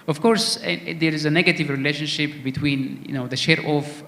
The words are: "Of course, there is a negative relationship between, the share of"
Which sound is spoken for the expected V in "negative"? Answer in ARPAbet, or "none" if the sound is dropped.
V